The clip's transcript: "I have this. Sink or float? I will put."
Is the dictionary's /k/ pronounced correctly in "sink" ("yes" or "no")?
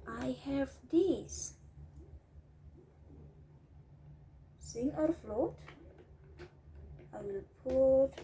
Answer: no